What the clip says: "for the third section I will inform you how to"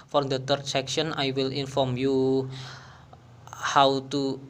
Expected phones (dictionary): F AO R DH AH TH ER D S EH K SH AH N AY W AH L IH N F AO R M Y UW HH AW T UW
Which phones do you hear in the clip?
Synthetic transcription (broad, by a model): F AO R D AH T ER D S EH K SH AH N AY W AH L IH N F AO R M Y UW HH AW T UW